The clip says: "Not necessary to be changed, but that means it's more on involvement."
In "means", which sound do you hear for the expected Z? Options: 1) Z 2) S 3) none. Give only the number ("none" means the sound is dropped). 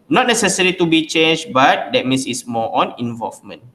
2